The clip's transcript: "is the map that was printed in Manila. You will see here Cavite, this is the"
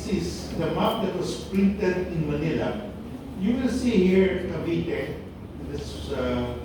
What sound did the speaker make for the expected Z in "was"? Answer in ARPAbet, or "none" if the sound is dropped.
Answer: S